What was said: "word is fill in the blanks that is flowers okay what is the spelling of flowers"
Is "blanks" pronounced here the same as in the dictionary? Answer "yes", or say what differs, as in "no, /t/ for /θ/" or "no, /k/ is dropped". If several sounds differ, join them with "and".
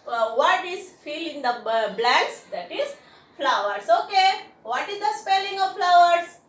no, /ŋ/ is dropped